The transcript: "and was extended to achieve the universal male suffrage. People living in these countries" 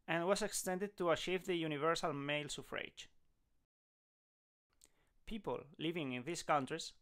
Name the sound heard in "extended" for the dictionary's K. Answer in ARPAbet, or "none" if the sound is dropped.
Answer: K